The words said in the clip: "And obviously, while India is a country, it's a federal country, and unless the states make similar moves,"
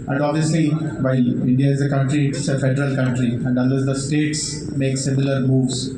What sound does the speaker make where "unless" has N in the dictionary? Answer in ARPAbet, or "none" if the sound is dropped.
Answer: none